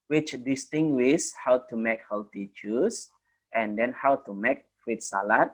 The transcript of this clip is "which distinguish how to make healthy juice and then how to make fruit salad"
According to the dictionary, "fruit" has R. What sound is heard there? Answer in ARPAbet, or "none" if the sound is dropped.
W